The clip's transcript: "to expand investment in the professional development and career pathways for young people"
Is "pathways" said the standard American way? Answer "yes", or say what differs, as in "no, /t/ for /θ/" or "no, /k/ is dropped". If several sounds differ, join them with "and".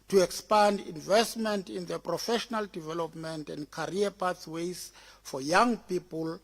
no, /s/ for /θ/